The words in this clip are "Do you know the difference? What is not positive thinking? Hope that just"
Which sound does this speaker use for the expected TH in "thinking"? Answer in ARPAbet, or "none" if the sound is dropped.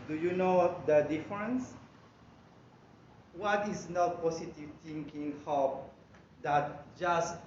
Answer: T